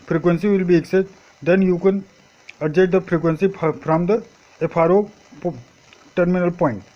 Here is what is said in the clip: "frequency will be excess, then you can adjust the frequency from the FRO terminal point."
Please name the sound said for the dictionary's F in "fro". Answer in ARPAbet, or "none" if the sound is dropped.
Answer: P